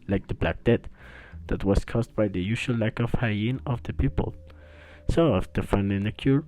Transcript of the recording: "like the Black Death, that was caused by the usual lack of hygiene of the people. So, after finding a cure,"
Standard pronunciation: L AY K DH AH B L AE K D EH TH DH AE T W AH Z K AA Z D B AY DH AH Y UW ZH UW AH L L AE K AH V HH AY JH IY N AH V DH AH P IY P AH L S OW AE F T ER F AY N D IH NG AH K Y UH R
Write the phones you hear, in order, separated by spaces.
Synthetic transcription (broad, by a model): L AY K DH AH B L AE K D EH T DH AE T W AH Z K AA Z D B AY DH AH Y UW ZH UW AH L L AE K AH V HH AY IY N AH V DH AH P IY P AH L S OW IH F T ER F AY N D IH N AH K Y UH R